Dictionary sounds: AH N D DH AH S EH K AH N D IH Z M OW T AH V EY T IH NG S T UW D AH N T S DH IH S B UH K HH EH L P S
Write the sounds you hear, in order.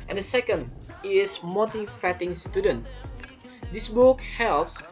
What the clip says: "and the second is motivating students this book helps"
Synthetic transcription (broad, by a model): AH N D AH S EH K AH N D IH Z M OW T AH F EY T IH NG S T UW D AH N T S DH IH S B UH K HH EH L P S